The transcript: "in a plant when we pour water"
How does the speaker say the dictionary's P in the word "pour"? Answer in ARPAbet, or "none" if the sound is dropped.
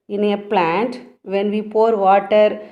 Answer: P